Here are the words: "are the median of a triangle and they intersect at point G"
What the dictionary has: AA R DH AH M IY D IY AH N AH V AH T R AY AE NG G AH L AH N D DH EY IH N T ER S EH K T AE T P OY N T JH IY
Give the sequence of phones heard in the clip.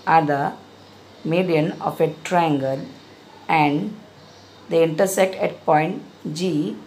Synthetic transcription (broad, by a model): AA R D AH M IY D IY AH N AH F AH T R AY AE NG G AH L AH N D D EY IH N T ER S EH K T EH T P OY N T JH IY